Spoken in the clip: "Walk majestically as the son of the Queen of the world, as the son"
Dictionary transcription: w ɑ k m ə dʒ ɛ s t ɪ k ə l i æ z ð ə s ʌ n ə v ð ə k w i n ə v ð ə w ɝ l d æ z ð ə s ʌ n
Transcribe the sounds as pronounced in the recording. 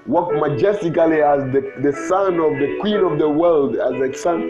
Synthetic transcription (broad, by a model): w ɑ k m ə dʒ ɛ s t ɪ k ə l i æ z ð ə s ʌ n ə v ð ə k w i n ə v ð ə w ɝ l d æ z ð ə s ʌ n